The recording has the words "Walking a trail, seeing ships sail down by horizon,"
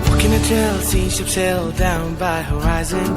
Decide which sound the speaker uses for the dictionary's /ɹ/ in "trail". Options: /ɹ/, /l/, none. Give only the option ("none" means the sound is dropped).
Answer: none